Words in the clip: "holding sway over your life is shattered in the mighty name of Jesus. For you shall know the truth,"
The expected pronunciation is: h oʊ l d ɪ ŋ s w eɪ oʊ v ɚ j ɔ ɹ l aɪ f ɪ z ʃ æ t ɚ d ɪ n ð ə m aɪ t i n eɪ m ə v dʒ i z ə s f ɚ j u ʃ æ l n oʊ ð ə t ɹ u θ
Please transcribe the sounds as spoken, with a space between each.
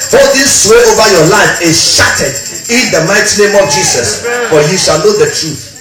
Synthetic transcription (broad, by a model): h oʊ l d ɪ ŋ s w eɪ oʊ v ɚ j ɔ l aɪ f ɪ ʃ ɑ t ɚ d ɪ n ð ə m aɪ t i n eɪ m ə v dʒ i s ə s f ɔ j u ʃ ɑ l n oʊ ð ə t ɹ u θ